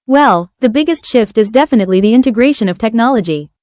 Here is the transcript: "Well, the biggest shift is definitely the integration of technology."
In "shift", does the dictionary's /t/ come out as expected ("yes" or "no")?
yes